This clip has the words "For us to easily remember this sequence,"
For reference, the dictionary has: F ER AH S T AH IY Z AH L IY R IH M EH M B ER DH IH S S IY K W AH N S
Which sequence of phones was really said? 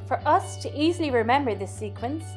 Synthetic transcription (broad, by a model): F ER AH S T AH IY Z AH L IY R IH M EH M B ER DH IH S S IY K W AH N S